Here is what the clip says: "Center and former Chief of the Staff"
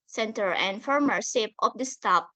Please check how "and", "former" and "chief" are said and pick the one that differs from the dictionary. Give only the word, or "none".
chief